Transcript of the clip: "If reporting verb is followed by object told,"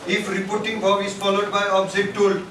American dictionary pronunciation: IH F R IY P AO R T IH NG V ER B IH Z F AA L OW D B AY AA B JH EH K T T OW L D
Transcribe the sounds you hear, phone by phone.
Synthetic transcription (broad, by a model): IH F R IY P AO R T IH NG B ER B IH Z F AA L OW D B AY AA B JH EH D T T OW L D